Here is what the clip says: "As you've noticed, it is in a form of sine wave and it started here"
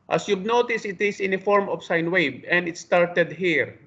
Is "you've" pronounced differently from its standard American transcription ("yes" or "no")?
yes